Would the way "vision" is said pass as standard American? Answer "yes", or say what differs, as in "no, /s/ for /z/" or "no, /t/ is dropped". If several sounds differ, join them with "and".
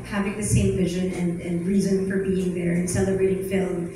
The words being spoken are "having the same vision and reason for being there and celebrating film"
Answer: yes